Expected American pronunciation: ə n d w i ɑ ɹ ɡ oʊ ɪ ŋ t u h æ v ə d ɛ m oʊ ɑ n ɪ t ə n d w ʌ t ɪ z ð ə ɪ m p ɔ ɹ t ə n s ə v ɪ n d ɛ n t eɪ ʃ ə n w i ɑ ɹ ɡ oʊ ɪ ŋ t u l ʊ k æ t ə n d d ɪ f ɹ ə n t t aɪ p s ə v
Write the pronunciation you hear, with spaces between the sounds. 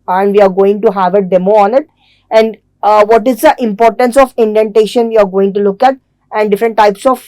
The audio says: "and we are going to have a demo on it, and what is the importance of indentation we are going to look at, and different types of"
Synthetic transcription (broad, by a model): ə n d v i ɑ ɹ ɡ oʊ ɪ ŋ t u h æ v ə d ɛ m oʊ ɑ n ɪ t ə n d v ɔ t ɪ z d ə ɪ m p ɔ ɹ t ə n s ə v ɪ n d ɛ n t eɪ ʃ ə n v i ɑ ɹ ɡ oʊ ɪ ŋ t u l ʊ k æ t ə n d d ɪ f ɹ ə n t t aɪ p s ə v